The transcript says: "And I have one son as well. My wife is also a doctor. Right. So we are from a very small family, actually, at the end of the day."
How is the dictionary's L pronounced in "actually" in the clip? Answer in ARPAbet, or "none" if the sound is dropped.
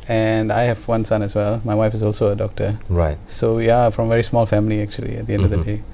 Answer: L